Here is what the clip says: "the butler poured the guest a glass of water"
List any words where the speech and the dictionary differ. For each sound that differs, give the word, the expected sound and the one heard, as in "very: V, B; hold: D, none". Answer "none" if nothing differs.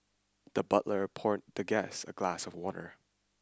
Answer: guest: T, none